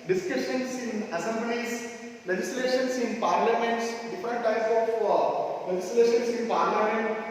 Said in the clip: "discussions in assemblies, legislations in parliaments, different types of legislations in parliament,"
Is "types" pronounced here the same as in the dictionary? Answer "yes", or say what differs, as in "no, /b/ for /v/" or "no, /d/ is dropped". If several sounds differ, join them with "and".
no, /p/ is dropped